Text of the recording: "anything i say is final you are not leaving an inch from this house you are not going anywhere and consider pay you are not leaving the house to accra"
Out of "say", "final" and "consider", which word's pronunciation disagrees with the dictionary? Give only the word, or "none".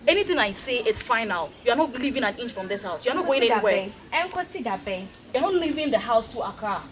consider